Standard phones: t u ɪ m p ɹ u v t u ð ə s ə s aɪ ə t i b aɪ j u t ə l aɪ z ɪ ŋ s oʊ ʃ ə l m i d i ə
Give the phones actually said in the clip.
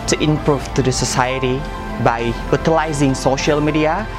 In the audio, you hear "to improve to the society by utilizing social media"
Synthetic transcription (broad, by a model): t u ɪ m p ɹ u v t u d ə s ə s aɪ ə t i b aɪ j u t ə l aɪ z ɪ ŋ s oʊ ʃ ə l m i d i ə